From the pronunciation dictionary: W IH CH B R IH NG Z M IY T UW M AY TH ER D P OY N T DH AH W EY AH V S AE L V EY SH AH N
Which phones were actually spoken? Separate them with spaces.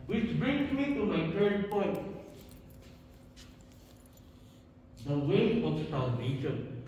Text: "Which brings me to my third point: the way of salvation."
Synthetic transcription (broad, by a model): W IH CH B R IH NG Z M IY T UW M AY T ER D P OY N T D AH W EY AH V S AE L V EY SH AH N